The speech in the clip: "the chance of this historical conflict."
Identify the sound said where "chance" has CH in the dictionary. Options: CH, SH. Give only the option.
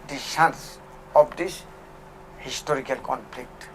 SH